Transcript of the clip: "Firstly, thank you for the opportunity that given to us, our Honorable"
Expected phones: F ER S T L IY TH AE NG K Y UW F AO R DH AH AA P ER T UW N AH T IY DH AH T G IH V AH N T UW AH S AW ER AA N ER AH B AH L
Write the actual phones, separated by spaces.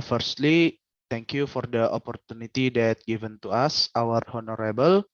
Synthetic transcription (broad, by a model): F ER S T L IY T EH NG K Y UW F AO R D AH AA P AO T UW N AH T IY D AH T G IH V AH N T UW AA S AW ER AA N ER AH B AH L